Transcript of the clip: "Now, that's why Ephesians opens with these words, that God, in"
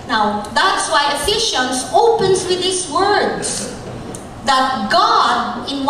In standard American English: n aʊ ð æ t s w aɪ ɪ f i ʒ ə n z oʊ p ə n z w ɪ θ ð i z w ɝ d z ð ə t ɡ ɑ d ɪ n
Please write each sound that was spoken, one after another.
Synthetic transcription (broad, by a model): n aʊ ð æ t s w aɪ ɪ f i ʃ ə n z oʊ p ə n s w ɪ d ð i s w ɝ d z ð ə t ɡ ɑ d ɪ n